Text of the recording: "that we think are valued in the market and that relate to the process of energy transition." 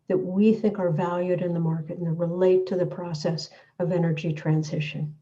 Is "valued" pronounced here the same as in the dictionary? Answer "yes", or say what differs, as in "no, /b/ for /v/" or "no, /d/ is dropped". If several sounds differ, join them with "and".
yes